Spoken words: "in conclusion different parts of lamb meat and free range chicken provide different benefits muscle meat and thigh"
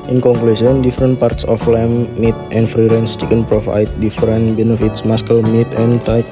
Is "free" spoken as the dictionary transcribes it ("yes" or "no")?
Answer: yes